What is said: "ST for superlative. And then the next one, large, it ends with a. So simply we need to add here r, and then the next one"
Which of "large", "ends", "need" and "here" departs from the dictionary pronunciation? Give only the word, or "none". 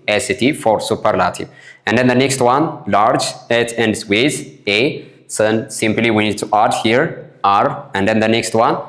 ends